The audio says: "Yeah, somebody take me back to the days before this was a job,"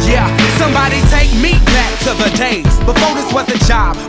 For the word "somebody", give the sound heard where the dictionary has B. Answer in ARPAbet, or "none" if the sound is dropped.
B